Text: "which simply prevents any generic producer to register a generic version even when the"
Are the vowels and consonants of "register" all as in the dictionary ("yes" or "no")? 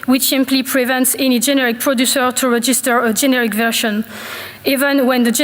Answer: yes